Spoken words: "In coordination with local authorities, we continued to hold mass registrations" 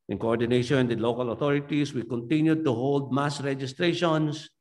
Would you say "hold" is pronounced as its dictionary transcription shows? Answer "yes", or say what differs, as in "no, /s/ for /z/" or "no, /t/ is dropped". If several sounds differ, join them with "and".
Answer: yes